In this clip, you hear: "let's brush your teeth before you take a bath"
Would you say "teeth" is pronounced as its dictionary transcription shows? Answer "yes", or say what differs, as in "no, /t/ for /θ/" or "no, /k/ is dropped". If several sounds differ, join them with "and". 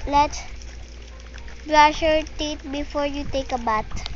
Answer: no, /t/ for /θ/